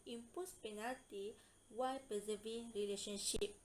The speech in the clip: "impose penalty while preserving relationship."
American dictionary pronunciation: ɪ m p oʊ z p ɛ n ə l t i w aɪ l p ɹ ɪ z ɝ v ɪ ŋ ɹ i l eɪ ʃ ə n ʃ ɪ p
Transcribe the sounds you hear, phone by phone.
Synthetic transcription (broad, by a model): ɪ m p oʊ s p ɛ n ə l t i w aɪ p ɪ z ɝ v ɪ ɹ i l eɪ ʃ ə n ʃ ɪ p